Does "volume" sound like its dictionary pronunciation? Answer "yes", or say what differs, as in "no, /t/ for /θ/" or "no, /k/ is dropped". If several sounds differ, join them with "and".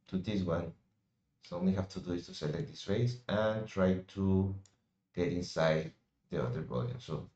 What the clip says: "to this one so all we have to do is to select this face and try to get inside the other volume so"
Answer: no, /b/ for /v/